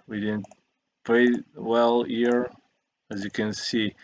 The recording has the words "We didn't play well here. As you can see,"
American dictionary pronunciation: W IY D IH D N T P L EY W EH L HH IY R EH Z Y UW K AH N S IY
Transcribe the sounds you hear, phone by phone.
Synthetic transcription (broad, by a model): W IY D IH D N T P EY W EH L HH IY R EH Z Y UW K AH N S IY